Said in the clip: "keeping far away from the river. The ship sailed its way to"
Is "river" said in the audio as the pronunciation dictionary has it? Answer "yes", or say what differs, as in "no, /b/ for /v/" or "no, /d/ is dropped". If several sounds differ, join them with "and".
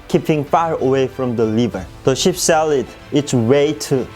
no, /l/ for /ɹ/